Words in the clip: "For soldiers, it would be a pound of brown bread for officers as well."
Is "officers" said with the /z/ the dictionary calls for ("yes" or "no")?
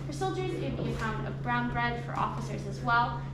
yes